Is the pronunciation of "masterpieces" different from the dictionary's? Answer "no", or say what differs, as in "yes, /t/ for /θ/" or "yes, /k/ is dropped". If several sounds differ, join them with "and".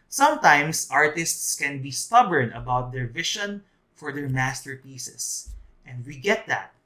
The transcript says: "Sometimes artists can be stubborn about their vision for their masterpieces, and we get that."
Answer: yes, /s/ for /z/